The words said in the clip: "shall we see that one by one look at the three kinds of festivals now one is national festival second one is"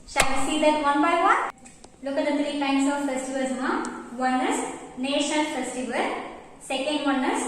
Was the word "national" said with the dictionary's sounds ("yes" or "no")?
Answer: no